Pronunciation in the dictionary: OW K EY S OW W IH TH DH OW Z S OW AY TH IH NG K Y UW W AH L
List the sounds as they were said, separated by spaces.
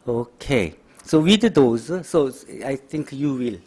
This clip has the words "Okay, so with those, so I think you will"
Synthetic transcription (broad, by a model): OW K EY S OW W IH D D OW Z S OW AY T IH NG K Y UW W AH L